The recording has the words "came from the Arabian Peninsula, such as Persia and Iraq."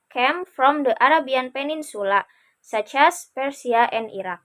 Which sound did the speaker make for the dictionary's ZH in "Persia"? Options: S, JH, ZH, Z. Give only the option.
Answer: S